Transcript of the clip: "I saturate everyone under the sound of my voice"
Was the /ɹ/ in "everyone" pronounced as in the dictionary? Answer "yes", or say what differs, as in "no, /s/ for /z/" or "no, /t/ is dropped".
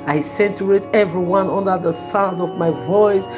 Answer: yes